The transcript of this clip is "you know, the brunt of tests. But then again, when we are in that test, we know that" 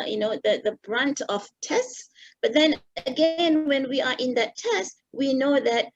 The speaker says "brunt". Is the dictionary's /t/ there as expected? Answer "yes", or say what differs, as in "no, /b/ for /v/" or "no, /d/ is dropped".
yes